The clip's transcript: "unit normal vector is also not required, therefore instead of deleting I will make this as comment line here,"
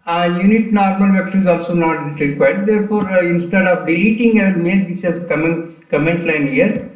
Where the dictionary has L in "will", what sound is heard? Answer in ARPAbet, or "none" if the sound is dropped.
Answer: N